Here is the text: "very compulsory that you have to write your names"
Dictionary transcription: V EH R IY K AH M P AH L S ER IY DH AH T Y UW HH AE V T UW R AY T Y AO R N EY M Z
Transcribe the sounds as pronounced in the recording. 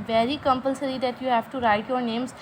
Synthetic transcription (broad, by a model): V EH R IY K AH M P AH L S ER IY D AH T Y UW HH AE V T UW R AY T Y AO R N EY M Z